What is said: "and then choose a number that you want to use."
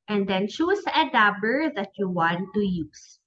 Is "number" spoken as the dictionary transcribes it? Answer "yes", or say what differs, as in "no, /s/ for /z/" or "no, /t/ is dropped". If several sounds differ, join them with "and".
no, /m/ is dropped